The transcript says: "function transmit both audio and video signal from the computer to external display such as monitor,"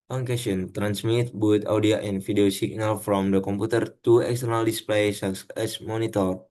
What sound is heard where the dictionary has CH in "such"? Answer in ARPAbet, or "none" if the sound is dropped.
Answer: S